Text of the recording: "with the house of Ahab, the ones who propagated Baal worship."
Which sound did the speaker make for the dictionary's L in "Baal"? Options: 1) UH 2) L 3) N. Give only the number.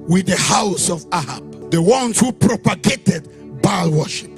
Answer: 2